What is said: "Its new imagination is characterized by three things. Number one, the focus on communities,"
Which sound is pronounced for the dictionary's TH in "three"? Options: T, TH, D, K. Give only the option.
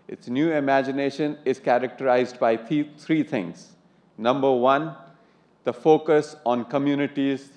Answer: T